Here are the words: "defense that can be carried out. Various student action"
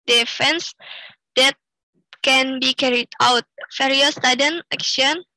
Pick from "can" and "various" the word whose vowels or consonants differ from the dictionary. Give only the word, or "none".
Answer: various